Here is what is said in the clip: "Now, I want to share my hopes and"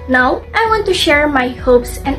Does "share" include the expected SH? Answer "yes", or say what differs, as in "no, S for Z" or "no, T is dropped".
yes